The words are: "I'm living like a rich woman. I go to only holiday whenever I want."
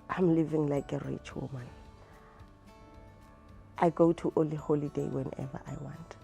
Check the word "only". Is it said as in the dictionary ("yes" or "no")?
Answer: no